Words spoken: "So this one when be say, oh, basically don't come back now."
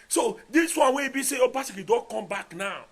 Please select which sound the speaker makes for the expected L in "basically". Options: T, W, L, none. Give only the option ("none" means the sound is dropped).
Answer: none